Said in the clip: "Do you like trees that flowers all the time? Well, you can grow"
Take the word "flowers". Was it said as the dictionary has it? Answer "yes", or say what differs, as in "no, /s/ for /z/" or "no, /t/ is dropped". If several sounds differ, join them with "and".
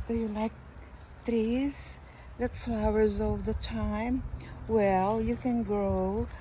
yes